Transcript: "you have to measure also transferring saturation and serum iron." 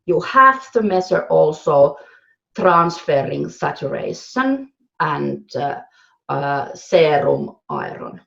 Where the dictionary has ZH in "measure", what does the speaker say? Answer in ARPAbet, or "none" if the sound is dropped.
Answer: S